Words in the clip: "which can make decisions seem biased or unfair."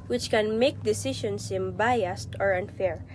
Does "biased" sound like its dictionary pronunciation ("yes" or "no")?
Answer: yes